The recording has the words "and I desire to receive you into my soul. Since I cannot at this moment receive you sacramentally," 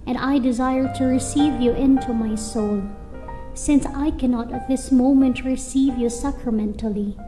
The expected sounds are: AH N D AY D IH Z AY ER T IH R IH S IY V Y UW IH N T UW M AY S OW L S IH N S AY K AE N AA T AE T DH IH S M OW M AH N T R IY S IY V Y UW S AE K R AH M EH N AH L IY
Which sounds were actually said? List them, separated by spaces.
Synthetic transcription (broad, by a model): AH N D AY D IH Z AY ER T IH R IH S IY V Y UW IH N T UW M AY S OW L S IH N S AY K AE N AA T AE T DH IH S M OW M AH N T R IY S IY V Y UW S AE K R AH M EH N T L IY